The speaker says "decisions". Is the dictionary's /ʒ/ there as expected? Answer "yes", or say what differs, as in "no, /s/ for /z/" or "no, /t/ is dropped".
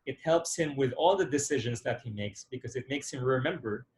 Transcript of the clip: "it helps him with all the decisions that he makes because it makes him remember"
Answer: yes